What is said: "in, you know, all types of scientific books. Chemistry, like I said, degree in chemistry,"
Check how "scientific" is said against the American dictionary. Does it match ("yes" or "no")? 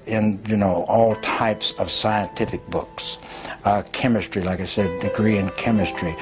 yes